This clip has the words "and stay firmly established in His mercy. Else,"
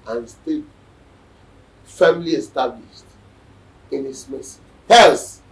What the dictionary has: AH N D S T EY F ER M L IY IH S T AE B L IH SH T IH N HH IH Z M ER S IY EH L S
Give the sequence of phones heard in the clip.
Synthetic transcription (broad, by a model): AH N S T EY F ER M L IY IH S T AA B L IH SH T IH N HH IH S M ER S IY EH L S